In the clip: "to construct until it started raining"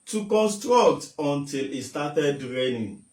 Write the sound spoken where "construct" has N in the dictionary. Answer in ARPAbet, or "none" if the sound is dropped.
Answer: N